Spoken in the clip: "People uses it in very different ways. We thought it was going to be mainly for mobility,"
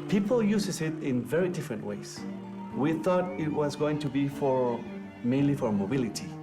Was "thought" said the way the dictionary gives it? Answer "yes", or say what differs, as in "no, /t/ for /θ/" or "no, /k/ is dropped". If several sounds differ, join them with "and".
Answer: yes